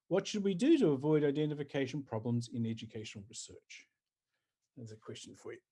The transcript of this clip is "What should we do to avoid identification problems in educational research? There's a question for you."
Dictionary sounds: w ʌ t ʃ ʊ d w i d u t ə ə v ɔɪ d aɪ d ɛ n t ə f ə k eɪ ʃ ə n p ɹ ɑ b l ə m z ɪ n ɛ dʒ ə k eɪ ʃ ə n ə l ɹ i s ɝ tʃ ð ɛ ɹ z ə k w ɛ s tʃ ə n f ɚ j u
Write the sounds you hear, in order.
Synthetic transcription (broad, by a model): w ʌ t ʃ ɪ d w i d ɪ t ə ə v ɔɪ d aɪ d ɛ n t ə f ə k eɪ ʃ ə n p ɹ ɑ b l ə m z ɪ n ɛ dʒ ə k eɪ ʃ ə n l ɹ i s ɝ tʃ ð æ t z ə k w ɛ s tʃ ə n f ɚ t